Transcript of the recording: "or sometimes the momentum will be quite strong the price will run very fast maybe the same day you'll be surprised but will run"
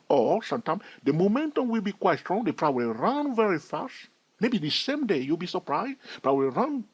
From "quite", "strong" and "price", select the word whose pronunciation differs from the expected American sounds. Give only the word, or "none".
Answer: price